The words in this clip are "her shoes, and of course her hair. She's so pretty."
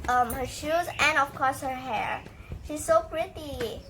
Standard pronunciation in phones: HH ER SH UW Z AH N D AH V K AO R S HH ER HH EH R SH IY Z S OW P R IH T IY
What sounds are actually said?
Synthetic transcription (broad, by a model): HH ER SH UW Z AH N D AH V K AO R S HH ER HH EH R SH IY Z S OW P R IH T IY